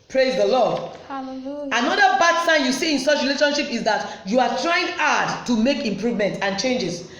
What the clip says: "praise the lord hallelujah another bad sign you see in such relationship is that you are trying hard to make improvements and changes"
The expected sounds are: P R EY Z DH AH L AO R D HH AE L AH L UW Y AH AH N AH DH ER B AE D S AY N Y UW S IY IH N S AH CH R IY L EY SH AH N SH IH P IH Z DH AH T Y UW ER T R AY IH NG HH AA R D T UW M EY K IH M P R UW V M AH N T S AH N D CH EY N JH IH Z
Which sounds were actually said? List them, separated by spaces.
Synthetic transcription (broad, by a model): P R EY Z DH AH L AO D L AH N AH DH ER B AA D S AY N Y UW S IY IH N S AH CH R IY L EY SH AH N SH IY P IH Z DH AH T Y UW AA T R AY IH NG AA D T UW M EY K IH M P R UW V M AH N T AH N CH EY N JH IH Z